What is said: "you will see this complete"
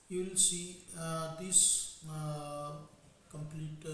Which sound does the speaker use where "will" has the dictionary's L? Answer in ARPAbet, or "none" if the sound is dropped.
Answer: L